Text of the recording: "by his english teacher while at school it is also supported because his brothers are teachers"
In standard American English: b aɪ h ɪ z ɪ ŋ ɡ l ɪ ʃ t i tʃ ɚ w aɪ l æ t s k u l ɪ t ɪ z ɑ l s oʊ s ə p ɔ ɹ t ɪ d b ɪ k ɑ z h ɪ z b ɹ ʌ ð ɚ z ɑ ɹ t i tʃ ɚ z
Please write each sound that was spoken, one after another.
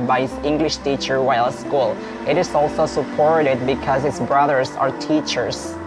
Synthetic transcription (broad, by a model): b aɪ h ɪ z ɪ ŋ ɡ l ɪ ʃ t i tʃ ɚ w aɪ l s k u l ɪ t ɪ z ɑ l s oʊ s ə p ɔ ɹ t ɪ d b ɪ k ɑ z h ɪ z b ɹ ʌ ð ɚ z ɑ ɹ t i tʃ ɚ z